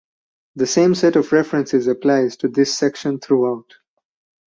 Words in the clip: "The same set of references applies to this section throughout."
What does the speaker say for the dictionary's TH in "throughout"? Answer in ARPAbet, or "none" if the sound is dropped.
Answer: T